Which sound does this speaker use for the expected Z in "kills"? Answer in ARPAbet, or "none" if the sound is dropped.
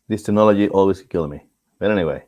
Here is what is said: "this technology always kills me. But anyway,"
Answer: none